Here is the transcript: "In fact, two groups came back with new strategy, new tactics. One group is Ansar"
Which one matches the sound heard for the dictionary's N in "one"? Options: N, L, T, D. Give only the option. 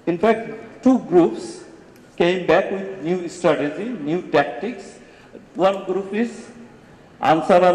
N